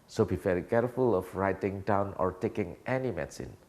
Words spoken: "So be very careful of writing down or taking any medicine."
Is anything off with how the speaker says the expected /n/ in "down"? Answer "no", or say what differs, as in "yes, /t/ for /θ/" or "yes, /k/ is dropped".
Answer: no